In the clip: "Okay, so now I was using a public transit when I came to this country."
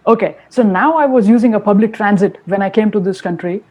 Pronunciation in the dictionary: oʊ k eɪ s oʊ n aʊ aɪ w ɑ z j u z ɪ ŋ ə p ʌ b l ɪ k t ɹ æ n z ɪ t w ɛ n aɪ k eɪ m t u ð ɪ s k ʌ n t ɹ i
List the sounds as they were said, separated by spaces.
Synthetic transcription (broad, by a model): oʊ k eɪ s oʊ n aʊ aɪ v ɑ z j u z ɪ ŋ ə p ʌ b l ɪ k t ɹ æ n z ɪ t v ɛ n aɪ k eɪ m t u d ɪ s k ʌ n t ɹ i